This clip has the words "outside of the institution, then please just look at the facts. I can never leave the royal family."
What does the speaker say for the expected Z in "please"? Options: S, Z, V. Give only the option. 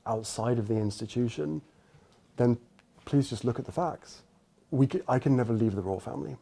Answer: Z